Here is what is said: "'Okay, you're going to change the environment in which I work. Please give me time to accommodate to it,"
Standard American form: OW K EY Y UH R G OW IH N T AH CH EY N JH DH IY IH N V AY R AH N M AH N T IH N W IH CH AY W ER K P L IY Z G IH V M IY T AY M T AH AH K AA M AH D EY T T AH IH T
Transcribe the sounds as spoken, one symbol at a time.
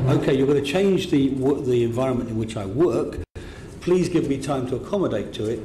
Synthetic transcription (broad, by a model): OW K EY Y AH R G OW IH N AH CH EY N JH DH IY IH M V AY R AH N M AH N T IH N W IH CH AY W ER K P L IY Z G IH V M IY T AY M T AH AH K AA M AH D EY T T AH IH T